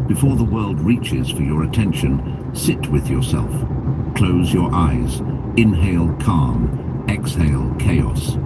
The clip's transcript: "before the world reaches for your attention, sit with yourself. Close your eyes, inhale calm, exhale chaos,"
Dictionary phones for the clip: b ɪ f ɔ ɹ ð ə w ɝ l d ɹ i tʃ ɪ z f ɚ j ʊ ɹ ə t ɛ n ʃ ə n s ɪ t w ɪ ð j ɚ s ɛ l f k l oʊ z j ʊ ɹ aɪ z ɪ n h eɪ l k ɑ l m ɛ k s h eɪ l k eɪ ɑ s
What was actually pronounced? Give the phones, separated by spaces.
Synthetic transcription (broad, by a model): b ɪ f ɔ ɹ ð ə w ɝ l d ɹ i tʃ ɪ z f ɚ j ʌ ɹ ə t ɛ n ʃ ə n s ɪ t w ɪ ð j ɚ s ɛ l f k l oʊ z j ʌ ɹ aɪ z ɪ n h eɪ l k ɑ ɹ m ɛ k s h eɪ l k eɪ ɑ s